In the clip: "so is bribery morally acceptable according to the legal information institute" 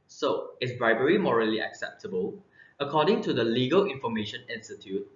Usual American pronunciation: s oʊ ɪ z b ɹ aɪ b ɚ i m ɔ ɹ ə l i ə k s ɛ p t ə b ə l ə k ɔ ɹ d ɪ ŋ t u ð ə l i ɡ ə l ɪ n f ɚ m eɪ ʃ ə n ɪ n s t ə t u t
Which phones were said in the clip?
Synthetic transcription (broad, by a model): s oʊ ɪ s b ɹ aɪ b ɚ i m ɔ ɹ ə l i ə k s ɛ p t ə b ə l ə k ɔ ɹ d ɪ ŋ t u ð ə l i ɡ ə l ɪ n f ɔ m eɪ ʃ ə n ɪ n s t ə t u t